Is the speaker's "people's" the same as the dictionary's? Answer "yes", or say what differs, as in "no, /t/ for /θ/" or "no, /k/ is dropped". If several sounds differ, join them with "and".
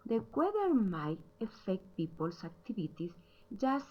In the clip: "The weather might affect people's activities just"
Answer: no, /s/ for /z/